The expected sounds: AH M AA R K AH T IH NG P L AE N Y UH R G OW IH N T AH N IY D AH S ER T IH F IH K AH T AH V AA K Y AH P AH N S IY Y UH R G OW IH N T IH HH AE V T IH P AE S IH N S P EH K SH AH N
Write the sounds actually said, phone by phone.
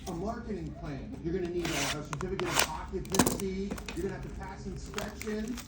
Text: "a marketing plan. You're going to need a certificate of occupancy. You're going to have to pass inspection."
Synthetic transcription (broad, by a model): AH M AA R K AH T IH NG P L AE N Y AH R G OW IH N T AH L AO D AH S ER T IH F IH K AH T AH P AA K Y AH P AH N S IY Y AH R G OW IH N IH HH AE V T IH P AE S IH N S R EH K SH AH N